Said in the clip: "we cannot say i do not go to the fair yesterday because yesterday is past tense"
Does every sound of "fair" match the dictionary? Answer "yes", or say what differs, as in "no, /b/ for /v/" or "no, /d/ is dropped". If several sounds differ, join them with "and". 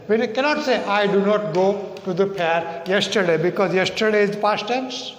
no, /p/ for /f/